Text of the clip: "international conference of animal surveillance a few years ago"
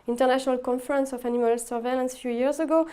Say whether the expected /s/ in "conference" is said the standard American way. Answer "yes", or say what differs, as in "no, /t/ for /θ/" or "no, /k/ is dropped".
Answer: yes